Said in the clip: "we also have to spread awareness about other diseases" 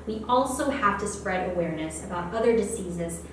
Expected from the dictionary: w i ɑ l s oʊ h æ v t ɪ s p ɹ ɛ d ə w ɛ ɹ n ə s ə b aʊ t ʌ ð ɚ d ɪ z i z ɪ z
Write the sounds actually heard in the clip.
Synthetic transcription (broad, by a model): w i ɑ l s oʊ h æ f t ɪ s p ɹ ɛ d ə w ɛ ɹ n ə s ə b aʊ t ʌ ð ɚ d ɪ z i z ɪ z